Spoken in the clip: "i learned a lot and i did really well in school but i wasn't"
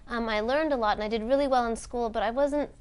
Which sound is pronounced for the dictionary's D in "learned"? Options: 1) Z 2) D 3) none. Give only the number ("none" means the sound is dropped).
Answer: 2